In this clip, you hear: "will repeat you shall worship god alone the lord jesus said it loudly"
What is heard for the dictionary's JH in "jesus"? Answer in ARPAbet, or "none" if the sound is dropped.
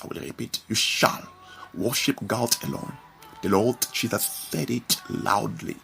CH